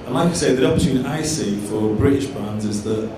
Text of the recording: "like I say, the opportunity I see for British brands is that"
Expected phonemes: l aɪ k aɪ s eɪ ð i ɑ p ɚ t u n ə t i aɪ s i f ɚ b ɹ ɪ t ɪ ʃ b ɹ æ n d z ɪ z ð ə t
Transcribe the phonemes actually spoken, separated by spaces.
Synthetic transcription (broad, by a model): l aɪ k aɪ s eɪ ð i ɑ p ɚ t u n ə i s i f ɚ b ɹ ɪ t ɪ ʃ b æ n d z ɪ z ð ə t